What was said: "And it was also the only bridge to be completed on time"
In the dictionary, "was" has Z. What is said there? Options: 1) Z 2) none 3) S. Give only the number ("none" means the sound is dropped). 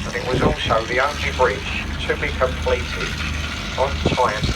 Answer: 1